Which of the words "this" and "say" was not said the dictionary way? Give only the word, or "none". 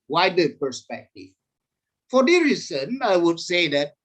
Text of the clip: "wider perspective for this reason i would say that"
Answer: this